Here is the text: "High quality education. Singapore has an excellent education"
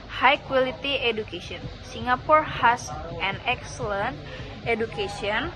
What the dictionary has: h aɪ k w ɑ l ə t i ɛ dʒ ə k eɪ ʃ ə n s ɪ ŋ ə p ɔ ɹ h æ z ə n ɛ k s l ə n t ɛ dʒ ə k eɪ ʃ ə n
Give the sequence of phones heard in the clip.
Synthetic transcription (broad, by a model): h aɪ k w ɑ l ə t i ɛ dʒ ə k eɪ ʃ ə n s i ŋ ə p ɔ ɹ h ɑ s ə n ɛ k s l ə n t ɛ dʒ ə k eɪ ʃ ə n